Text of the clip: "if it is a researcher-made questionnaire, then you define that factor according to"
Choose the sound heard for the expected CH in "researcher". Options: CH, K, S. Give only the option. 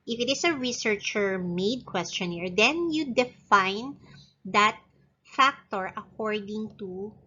CH